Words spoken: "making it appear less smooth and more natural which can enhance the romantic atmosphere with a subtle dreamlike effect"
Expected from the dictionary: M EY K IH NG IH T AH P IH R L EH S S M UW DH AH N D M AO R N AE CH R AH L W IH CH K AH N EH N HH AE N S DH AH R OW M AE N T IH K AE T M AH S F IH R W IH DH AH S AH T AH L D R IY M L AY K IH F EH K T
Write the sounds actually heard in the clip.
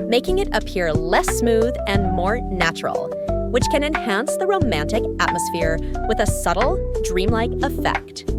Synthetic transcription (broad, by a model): M EY K IH NG IH T AH P IH R L EH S S M UW DH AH N M AO R N AE CH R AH L W IH CH K AH N EH N HH AE N S DH AH R OW M AE N T IH K AE T M AH S F IH R W IH DH AH S AH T L D R IY M L AY K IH F EH K T